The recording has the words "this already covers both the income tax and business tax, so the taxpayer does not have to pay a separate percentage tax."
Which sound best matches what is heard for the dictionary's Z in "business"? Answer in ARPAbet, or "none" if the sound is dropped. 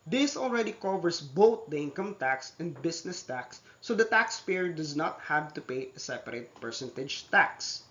S